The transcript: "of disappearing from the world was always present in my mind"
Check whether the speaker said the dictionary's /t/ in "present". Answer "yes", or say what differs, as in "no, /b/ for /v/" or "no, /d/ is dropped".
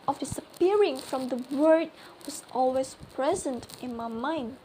yes